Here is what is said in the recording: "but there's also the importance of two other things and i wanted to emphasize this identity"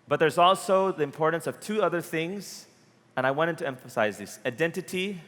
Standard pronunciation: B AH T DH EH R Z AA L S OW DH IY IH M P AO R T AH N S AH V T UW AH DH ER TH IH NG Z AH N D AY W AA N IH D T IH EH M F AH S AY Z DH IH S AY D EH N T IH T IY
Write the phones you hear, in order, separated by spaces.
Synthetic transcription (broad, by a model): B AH T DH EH R Z AA L S OW DH IY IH M P AO R T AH N S AH V T UW AH DH ER TH IH NG Z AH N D AY W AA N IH D T IH EH M F AH S AY Z DH IH S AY D EH N T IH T IY